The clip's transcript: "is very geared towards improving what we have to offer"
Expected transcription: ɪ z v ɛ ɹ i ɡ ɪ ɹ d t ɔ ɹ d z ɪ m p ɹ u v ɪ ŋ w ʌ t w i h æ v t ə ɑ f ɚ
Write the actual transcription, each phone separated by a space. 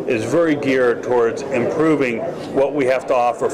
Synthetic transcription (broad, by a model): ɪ z v ɛ ɹ i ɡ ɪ ɹ t ɔ ɹ d z ɪ m p ɹ u v ɪ ŋ w ʌ t w i h æ f t ə ɑ f ɚ